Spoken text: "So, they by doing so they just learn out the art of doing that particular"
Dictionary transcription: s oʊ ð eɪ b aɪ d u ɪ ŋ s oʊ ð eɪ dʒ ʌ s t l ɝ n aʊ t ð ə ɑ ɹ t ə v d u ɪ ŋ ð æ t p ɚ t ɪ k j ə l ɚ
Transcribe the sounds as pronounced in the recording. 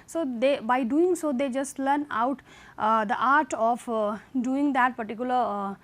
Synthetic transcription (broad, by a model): s oʊ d eɪ b aɪ d u ɪ ŋ s oʊ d eɪ dʒ ʌ s t l ɝ n aʊ t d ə ɑ ɹ t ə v d u ɪ ŋ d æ t p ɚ t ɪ k j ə l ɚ